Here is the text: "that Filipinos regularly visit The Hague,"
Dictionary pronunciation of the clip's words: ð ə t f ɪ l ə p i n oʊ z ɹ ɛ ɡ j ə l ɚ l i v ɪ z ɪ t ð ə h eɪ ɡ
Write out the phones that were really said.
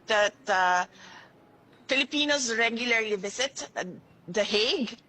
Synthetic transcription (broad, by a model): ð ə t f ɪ l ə p i n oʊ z ɹ ɛ ɡ j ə l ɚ l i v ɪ s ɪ t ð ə h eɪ ɡ